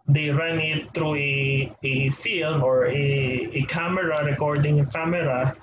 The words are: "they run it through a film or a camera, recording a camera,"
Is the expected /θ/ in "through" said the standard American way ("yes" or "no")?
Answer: no